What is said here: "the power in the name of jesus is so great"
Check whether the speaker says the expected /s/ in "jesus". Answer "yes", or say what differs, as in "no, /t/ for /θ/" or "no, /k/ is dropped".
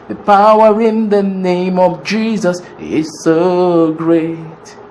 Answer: yes